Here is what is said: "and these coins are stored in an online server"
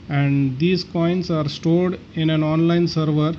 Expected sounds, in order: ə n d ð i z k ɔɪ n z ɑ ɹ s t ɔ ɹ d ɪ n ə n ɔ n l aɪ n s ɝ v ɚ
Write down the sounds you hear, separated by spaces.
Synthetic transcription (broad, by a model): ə n d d i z k ɔɪ n s ɑ ɹ s t ɔ l d ɪ n ə n ɔ n l aɪ n s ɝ v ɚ